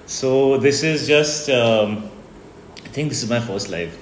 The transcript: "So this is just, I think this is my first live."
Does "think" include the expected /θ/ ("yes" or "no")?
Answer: no